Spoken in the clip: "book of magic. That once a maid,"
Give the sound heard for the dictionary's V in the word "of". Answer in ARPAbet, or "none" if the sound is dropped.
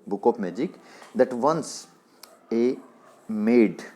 P